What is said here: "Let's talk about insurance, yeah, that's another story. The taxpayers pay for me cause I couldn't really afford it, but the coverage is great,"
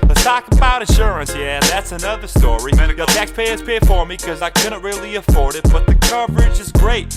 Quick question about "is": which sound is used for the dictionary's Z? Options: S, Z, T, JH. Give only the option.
Z